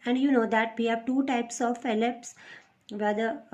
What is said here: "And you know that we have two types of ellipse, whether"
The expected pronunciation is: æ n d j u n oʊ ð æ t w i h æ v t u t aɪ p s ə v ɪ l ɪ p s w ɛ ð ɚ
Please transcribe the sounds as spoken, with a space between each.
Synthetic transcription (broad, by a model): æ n d j u n oʊ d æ t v i h æ v t u t aɪ p s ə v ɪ l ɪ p s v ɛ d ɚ